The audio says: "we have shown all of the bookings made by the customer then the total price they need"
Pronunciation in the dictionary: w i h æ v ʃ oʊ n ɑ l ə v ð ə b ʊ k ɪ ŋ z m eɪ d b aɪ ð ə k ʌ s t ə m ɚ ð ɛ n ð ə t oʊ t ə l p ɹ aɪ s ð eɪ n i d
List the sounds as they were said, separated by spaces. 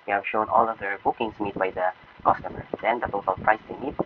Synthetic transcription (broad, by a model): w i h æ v ʃ oʊ n ɑ l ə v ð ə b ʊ k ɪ ŋ s m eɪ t b aɪ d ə k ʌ s t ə m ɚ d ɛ n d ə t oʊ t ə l p ɹ aɪ s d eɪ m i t